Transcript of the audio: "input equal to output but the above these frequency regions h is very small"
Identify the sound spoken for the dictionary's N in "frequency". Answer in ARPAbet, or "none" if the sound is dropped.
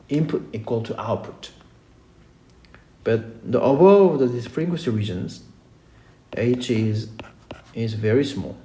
none